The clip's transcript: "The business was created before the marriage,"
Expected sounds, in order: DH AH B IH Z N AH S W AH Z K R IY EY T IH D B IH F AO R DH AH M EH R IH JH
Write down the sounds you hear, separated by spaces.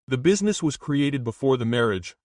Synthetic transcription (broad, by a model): DH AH B IH Z N AH S W AH Z K R IY EY T IH D B IH F AO R DH AH M EH R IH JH